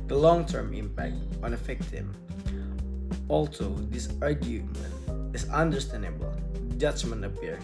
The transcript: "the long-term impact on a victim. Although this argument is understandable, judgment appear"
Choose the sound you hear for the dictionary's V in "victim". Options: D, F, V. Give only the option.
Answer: F